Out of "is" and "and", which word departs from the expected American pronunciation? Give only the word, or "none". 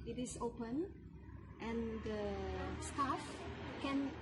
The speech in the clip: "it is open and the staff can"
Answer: is